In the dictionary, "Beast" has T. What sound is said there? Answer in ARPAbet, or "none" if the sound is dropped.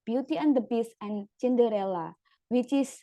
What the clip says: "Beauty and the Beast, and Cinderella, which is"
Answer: none